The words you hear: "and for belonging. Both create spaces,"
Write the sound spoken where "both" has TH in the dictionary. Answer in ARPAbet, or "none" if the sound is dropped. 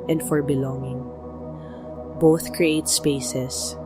TH